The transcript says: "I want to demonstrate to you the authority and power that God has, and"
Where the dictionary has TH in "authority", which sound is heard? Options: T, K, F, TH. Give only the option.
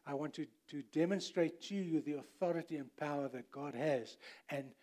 TH